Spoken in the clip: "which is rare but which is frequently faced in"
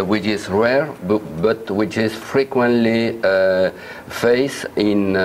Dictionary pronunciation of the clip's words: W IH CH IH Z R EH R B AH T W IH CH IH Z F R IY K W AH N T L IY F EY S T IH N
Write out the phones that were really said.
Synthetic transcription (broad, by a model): W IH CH IH Z R EH R B AH T W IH CH IH Z F R IY K W AH N T L IY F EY S IH N